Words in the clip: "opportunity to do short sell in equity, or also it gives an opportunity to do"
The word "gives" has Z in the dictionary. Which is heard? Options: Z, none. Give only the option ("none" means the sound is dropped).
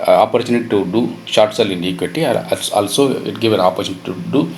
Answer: none